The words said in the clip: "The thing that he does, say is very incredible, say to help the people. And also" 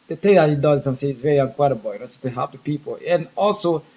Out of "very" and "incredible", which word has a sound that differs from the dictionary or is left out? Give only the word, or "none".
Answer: incredible